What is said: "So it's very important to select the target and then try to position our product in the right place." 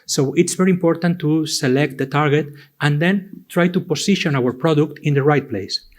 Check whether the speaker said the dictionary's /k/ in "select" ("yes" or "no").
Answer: yes